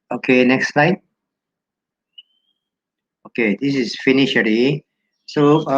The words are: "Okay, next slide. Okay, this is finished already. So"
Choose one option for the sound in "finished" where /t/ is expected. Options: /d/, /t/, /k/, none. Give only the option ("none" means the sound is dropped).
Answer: none